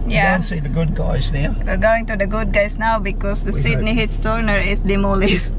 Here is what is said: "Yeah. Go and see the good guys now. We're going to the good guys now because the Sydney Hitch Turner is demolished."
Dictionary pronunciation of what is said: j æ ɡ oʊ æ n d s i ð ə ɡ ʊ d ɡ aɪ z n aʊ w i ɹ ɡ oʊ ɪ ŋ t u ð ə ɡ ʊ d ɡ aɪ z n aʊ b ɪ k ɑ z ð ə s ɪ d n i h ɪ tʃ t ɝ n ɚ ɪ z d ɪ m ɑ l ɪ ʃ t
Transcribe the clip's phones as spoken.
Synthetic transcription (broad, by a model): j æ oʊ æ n s i ð ə ɡ ʊ d ɡ aɪ z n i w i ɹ ɡ oʊ ɪ ŋ t u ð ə ɡ ʊ d ɡ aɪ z n aʊ b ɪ k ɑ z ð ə s ɪ d n i h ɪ s t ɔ n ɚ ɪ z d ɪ m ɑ l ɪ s